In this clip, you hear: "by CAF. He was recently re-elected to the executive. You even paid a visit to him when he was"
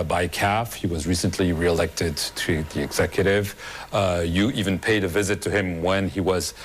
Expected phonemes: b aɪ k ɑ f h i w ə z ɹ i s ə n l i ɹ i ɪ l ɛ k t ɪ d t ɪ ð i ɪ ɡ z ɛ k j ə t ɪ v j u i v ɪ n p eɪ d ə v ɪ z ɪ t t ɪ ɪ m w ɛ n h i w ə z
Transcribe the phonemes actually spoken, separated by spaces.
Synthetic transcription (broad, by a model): b aɪ k ɑ f h i w ə z ɹ i s ə n l i ɹ i ɪ l ɛ k t ɪ d t ɪ ð i ɪ ɡ z ɛ k j ə t ɪ v j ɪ i v ɪ n p eɪ d ə v ɪ z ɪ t t ɪ ɪ m w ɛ n i w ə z